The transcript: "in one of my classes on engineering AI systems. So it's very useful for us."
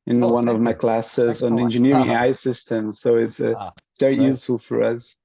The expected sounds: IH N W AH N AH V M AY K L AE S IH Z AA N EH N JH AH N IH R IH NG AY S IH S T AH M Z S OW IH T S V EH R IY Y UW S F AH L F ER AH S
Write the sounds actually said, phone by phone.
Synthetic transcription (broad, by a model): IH N W AH N AH V M AY K L AE S IH Z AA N EH N JH AH N IH R IH NG AY S IH S T AH M Z S OW IH T S V EH R IY Y UW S F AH L F ER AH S